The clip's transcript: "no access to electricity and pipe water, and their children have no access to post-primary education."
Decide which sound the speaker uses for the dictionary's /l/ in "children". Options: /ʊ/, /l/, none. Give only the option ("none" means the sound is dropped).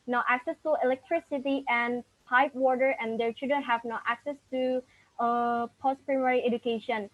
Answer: none